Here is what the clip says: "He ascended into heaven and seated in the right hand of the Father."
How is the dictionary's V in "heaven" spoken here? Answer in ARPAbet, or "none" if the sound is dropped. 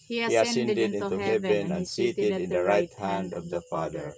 B